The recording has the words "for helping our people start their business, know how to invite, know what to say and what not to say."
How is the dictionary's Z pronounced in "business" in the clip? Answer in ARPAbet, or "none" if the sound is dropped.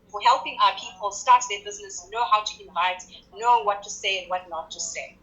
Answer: Z